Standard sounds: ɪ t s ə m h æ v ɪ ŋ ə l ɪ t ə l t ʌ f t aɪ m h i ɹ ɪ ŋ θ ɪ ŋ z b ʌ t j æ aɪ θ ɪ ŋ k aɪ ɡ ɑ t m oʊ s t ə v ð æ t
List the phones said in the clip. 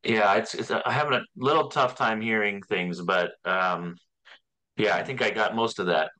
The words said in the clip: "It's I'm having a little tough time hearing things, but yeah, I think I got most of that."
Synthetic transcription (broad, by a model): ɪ t s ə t h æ v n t ə l ɪ t l t ʌ f t aɪ m h i ɹ ɪ ŋ θ ɪ ŋ z b ʌ t j æ aɪ θ ɪ ŋ k aɪ ɡ ɑ t m oʊ s t ə v ð æ t